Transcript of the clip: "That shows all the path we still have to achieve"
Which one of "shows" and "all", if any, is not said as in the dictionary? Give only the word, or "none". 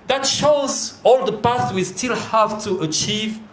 none